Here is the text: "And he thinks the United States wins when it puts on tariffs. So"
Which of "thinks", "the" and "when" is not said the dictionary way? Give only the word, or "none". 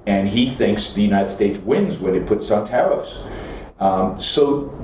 none